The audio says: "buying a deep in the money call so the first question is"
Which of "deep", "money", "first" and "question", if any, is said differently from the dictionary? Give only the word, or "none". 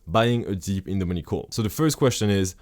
none